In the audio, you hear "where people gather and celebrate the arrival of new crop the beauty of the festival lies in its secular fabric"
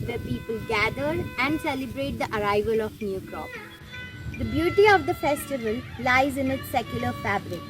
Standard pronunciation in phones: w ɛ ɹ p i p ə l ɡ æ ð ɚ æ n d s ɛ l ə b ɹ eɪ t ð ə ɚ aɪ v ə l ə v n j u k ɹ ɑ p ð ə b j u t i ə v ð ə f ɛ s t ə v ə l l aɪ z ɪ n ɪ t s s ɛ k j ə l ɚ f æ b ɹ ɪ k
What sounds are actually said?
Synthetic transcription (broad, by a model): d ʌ p i p ə l ɡ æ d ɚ æ n d s ɛ l ə b ɹ eɪ t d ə ɚ aɪ v ə l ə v n j u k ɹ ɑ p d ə b j u t i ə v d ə f ɛ s t ə v ə l l aɪ z ɪ n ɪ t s s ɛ k j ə l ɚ f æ b ɹ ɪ k